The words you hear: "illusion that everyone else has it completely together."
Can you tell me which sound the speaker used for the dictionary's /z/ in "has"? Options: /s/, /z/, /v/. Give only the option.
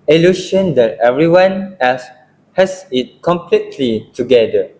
/s/